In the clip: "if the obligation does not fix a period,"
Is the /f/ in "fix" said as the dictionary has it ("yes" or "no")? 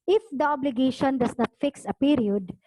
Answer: yes